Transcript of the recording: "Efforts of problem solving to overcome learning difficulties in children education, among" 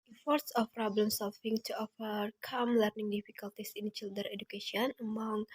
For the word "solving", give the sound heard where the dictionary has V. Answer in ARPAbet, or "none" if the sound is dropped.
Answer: F